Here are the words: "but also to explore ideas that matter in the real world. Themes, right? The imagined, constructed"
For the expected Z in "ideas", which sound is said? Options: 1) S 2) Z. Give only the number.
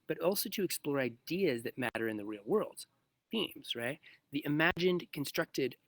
2